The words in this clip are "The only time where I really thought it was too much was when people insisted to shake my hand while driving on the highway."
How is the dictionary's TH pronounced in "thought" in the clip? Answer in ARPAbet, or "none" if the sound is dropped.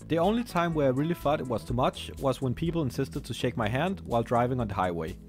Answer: F